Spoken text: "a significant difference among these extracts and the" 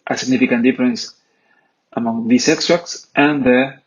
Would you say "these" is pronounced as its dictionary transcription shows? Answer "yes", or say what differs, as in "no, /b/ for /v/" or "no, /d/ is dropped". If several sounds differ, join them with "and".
no, /s/ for /z/